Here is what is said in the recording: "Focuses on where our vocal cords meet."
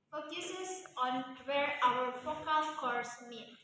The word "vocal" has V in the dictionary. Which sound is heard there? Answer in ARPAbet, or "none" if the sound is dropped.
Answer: F